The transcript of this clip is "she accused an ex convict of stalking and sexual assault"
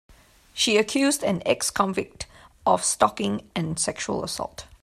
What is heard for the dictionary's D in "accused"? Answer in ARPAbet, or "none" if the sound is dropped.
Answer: D